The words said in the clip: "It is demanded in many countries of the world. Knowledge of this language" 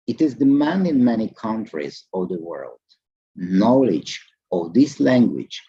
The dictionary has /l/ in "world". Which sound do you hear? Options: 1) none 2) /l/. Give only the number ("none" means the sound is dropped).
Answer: 2